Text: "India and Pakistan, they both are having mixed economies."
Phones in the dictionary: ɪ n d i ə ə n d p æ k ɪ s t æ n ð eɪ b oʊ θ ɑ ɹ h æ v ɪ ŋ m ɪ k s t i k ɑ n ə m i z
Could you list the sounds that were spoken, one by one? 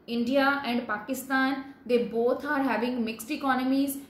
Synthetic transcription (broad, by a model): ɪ n d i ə ə n d p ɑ k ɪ s t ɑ n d eɪ b oʊ t ɑ ɹ h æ v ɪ ŋ m ɪ k s t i k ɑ n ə m i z